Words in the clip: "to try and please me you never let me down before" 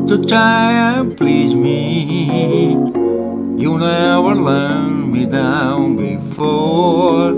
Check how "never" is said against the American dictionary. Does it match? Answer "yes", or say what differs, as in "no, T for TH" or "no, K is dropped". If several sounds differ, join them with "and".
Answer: no, W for V